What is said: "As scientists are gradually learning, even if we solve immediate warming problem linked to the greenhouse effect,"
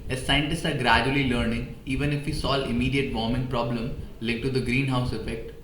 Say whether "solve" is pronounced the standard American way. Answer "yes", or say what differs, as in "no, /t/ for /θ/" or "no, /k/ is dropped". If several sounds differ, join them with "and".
no, /v/ is dropped